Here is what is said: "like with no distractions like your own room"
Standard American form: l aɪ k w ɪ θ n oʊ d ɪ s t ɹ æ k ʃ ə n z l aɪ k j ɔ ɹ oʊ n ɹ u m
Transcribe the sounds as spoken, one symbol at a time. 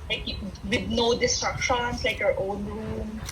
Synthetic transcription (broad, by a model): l aɪ k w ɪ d n oʊ d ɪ s t ɹ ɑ k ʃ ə n s l aɪ k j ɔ ɹ oʊ n ɹ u m